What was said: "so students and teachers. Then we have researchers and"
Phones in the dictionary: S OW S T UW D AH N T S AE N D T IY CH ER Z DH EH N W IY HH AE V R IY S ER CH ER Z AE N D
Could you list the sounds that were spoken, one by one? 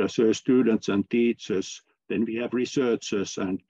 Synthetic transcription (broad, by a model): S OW S T UW D AH N T S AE N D T IY CH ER S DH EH N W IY HH AE V R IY S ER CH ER S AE N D